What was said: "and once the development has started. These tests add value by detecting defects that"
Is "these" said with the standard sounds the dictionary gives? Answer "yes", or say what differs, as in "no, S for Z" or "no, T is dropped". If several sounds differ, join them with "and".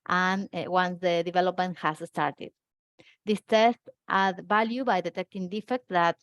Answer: no, S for Z